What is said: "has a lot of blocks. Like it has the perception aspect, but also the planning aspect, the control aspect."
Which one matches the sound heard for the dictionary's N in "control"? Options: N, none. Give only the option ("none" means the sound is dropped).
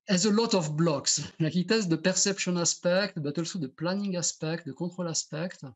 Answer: none